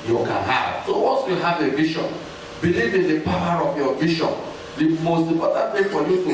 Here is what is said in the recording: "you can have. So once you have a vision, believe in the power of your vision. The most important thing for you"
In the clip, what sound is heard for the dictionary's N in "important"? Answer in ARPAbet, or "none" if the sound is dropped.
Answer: none